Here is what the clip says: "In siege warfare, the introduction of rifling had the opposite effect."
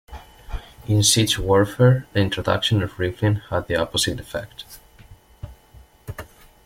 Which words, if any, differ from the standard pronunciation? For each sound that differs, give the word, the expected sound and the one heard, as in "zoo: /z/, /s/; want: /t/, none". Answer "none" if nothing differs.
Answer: siege: /dʒ/, /tʃ/